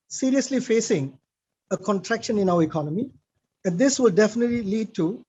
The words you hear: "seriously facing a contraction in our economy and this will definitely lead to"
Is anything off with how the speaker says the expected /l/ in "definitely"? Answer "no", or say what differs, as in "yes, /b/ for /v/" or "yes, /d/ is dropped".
no